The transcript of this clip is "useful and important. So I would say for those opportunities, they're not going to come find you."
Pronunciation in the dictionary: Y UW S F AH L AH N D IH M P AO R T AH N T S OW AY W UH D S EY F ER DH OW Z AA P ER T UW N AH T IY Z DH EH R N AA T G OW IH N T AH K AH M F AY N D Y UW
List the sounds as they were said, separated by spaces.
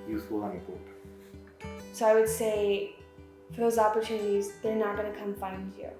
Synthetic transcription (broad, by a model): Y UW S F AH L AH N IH P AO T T S OW AY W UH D S EY F ER DH OW Z AA P ER T UW N AH T IY Z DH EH R N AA T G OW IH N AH K AH M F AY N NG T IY